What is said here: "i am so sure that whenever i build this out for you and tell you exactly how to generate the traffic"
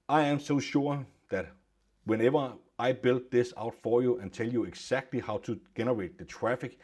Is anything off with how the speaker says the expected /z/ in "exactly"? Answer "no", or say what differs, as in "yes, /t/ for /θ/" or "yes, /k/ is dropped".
yes, /s/ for /z/